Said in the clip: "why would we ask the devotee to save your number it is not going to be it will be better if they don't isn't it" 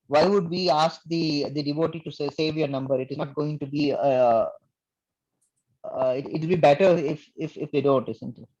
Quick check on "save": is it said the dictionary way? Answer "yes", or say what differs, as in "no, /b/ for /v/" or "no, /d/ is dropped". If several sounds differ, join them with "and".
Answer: yes